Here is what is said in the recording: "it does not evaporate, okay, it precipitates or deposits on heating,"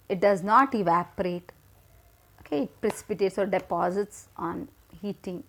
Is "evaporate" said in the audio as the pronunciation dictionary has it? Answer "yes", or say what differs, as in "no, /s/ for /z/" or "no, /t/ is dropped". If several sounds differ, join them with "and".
yes